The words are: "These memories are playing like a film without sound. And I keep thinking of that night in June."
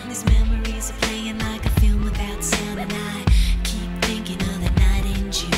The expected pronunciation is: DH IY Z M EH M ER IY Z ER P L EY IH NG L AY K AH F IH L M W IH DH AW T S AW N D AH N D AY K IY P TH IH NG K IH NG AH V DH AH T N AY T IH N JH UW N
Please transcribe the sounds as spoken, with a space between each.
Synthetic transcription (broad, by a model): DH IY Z M EH M ER IY Z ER P L EY IH NG L AY K AH F IH L M W IH DH AW T S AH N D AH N AY K IY P TH IH NG K IH NG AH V DH AH T N AY T IH N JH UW